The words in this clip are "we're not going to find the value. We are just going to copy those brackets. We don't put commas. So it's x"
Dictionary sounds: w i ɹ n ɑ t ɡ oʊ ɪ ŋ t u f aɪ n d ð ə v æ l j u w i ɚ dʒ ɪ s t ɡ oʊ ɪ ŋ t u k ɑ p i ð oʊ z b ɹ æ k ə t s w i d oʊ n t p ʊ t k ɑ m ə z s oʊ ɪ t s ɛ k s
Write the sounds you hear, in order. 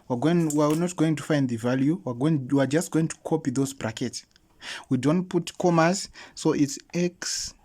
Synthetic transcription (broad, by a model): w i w n ɑ t ɡ oʊ ɪ ŋ t u f aɪ n d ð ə v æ l j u w i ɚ dʒ ɪ s t ɡ oʊ ɪ ŋ t u k ɑ p i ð oʊ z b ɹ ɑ k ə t s w i d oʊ n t p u t k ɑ m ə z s oʊ ɪ t s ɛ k s